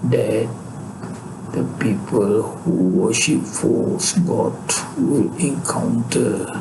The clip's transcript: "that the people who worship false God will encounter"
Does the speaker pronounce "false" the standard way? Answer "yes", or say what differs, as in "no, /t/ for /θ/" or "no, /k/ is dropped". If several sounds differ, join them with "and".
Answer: no, /l/ is dropped